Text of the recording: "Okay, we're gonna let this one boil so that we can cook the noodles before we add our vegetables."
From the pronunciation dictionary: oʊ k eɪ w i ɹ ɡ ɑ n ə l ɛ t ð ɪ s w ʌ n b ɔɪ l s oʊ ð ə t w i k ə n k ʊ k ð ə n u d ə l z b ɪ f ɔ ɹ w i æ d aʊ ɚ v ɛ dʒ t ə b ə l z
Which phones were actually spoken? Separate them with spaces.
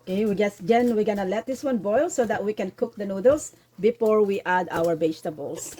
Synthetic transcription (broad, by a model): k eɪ w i w ɡ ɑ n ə l ɛ t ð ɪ s w ʌ n b ɔɪ l s oʊ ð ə t w i k ə n k ʊ k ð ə n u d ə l s b ɪ f ɔ ɹ w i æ d aʊ ɚ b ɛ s t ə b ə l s